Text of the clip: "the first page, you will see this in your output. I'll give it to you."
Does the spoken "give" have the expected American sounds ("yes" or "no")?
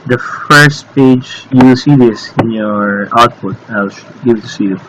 no